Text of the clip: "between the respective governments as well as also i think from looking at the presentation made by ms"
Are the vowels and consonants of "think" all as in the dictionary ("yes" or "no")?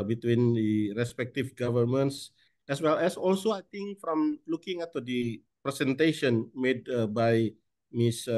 no